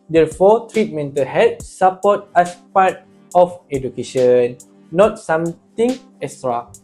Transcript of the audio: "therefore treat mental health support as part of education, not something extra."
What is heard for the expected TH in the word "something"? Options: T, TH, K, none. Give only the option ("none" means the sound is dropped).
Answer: T